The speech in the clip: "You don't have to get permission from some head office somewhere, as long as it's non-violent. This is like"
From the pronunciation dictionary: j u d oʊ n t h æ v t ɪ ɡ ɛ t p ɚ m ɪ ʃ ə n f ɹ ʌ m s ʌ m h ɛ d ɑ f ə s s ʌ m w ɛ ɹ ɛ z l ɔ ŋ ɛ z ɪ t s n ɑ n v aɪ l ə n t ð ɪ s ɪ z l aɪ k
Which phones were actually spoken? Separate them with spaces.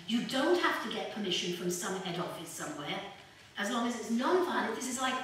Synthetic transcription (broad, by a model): j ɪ d oʊ n t h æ f t ɪ ɡ ɛ t p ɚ m ɪ ʃ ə n f ɹ ʌ m s ʌ m h ɛ d ɑ f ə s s ʌ m w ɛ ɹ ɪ z l ɔ ŋ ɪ z ɪ t s n ɑ n f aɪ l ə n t ð ɪ s ɪ z l aɪ k